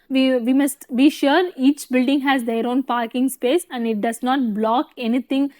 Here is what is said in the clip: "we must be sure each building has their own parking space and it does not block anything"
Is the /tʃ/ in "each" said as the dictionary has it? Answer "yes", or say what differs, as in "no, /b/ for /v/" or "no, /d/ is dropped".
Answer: yes